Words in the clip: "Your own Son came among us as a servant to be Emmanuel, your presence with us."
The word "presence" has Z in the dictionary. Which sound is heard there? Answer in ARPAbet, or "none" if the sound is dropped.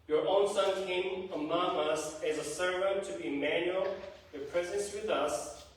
Z